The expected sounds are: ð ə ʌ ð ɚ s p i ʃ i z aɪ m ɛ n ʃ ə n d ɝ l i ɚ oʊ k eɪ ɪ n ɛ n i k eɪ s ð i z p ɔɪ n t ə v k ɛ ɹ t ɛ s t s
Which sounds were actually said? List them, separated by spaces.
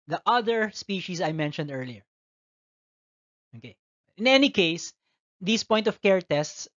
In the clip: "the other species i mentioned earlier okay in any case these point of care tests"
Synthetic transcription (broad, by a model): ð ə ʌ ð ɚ s p i ʃ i s aɪ m ɛ n ʃ ə n d ɝ l i ɚ oʊ k eɪ ɪ n ɛ n i k eɪ s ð i s p ɔɪ n t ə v k ɛ ɹ t ɛ s t s